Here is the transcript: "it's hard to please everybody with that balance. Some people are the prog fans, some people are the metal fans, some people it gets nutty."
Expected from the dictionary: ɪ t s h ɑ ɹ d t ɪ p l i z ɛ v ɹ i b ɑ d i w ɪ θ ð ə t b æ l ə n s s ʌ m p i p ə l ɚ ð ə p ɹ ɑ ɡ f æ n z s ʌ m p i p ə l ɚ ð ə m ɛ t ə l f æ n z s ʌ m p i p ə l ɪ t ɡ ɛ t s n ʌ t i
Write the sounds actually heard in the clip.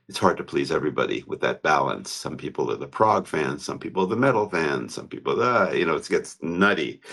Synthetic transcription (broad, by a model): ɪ t s h ɑ ɹ d t ɪ p l i z ɛ v ɹ i b ɑ d i w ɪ ð ə t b æ l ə n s s ʌ m p i p l ɚ ð ə p ɹ ɑ ɡ f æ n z s ʌ m p i p l ɚ ð ə m ɛ t l f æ n s ʌ m p i p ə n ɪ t ɡ ɛ t s n ʌ t i